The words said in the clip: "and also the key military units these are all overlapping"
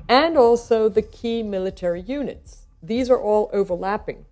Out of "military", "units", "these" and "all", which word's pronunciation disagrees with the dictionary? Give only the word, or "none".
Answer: none